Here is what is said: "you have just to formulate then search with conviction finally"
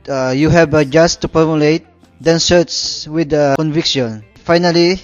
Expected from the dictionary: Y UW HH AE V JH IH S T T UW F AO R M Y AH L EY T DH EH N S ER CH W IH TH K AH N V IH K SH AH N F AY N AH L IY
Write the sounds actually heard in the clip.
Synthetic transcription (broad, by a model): Y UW HH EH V JH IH S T T UW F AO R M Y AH L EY T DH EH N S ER S W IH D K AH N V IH K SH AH N F AY N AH L IY